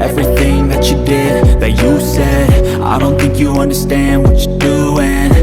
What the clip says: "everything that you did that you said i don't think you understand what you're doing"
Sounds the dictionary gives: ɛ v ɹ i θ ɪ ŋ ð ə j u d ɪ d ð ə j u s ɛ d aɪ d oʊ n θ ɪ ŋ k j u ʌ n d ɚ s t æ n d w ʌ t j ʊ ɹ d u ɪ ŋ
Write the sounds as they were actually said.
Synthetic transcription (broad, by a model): ɛ v ɹ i θ ɪ ŋ ð ə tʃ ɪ d ɪ d ð ə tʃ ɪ s ɛ d aɪ d oʊ n θ ɪ ŋ k j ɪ ʌ n d ɚ s t æ n d w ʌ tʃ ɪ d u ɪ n